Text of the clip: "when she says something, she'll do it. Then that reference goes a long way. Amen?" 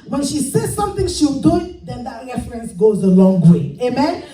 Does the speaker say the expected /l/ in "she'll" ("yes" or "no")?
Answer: no